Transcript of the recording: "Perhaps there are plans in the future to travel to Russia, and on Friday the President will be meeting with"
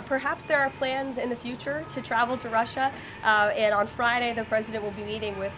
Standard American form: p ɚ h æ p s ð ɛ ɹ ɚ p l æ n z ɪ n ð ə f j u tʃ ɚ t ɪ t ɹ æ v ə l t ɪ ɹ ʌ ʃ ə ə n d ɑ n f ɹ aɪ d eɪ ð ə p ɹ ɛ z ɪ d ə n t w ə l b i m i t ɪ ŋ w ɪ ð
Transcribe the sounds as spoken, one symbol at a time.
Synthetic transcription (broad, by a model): p ɚ h æ p s ð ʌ ɹ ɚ p l æ n z ɪ n ð ə f j u tʃ ɚ t ɪ t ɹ æ v l t ɪ ɹ ʌ ʃ ə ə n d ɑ n f ɹ aɪ d eɪ ð ə p ɹ ɛ z ɪ d ə n t w ə l b i m i t ɪ ŋ w ɪ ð